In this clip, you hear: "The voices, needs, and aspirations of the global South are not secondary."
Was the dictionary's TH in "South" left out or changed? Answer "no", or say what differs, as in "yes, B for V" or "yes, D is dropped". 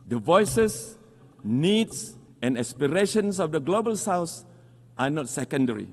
yes, S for TH